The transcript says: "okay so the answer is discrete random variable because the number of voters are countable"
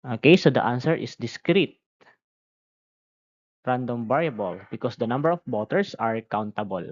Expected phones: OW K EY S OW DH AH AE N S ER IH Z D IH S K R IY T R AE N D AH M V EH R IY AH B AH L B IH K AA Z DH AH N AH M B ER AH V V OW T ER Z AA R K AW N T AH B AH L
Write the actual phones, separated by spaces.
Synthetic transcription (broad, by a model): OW K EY S OW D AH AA N S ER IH S D IH S K R IY T R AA N D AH M B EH R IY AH B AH L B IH K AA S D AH N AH M B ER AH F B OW T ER S AA R K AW N T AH B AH L